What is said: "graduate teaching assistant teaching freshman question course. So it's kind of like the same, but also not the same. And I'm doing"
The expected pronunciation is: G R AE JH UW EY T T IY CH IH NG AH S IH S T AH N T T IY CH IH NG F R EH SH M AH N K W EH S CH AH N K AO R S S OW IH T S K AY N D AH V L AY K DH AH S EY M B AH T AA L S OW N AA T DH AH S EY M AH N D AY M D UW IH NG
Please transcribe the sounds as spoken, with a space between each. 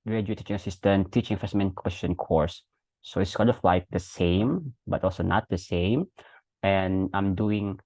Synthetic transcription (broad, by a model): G R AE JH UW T T IY CH IH NG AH S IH S T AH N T T IY CH IH NG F EH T M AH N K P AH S SH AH N K AO R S S OW IH T S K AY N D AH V L AY K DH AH S EY M B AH T AA L S OW N AA T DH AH S EY M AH N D AY M D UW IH NG